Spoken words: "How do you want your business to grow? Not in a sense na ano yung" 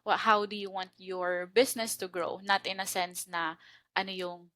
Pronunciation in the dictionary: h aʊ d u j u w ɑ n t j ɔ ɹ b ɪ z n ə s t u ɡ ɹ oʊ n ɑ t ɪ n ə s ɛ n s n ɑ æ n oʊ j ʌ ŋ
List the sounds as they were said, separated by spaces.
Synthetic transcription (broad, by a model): h aʊ d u j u w ɑ n t j ɔ ɹ b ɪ s n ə s t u ɡ ɹ oʊ n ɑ t ɪ n ə s ɛ n s n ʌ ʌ n oʊ j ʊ ŋ